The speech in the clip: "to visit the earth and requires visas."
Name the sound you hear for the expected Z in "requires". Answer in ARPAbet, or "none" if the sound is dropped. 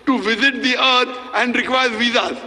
none